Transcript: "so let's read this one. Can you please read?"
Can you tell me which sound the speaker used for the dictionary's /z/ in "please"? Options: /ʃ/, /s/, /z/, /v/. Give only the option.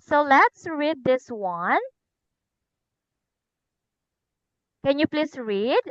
/s/